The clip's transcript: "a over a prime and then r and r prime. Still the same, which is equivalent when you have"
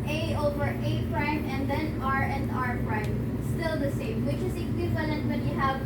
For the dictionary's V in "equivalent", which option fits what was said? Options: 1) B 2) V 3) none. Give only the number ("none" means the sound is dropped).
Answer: 2